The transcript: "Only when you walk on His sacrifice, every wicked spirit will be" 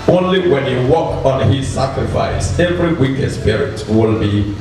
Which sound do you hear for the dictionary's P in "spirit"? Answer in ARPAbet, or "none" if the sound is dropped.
P